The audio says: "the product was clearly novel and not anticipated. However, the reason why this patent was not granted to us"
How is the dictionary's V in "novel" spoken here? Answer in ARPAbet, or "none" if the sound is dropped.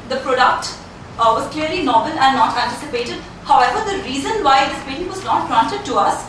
B